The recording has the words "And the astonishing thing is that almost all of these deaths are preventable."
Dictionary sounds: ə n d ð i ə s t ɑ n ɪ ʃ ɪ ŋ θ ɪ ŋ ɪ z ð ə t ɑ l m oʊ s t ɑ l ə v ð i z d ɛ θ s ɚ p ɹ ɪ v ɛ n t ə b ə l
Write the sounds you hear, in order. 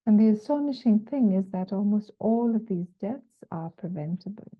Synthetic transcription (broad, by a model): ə n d ð i ə s t ɑ n ɪ ʃ ɪ ŋ θ ɪ ŋ ɪ z ð ə t ɑ l m oʊ s t ɑ l ə v ð i z d ɛ θ s ɚ p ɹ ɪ v ɛ n t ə b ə l